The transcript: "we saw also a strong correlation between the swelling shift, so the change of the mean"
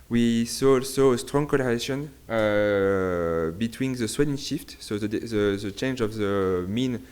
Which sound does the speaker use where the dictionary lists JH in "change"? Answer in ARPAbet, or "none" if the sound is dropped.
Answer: JH